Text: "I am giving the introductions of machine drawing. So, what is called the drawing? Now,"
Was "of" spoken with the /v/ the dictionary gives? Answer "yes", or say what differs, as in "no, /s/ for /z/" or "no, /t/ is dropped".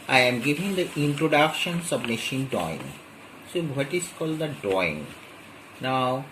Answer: no, /b/ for /v/